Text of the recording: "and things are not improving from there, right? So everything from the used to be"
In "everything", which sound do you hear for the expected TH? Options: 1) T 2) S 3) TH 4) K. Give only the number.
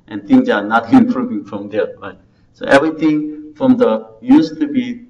1